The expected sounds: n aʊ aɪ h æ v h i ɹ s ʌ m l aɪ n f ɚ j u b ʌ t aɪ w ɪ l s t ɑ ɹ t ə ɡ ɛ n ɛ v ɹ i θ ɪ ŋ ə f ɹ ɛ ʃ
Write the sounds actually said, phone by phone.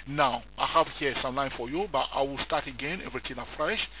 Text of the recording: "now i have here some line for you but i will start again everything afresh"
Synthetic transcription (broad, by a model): n aʊ aɪ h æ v h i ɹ s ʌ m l aɪ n f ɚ j u b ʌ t aɪ w ɪ l s t ɑ ɹ t ə ɡ ɛ n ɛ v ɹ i t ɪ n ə f ɹ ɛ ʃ